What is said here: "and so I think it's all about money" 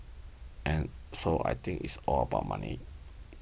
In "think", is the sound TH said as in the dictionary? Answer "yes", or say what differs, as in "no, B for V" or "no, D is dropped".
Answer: no, T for TH